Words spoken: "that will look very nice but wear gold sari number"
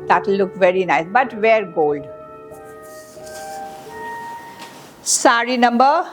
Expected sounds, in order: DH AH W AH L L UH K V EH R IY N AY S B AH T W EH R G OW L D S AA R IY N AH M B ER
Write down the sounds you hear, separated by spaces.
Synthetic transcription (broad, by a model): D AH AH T L UH K V EH R IY N AY S B AH T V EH R G OW L D S AA R IY N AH M B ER